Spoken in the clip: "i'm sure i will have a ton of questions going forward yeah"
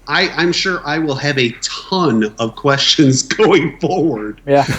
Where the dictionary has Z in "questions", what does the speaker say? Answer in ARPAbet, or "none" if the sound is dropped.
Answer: Z